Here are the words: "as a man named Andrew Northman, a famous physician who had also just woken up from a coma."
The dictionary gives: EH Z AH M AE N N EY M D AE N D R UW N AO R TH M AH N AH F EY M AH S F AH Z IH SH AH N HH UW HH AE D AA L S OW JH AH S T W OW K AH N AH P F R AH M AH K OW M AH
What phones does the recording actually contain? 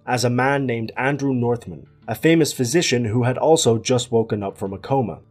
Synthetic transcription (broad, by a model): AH Z AH M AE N N EY M D AE N D R UW N AO R TH M AH N AH F EY M AH S F AH Z IH SH AH N HH UW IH D AA L S OW JH AH S T W OW K AH N AH P F R AH M AH K OW M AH